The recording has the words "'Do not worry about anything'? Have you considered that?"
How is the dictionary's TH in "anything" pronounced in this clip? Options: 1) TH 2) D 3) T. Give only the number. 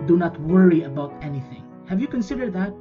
1